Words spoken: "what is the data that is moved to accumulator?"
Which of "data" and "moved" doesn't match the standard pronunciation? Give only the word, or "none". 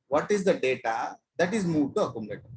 moved